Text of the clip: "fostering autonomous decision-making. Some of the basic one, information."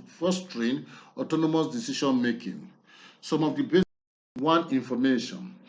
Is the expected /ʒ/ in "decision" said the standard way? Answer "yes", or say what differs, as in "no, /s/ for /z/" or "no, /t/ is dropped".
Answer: no, /ʃ/ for /ʒ/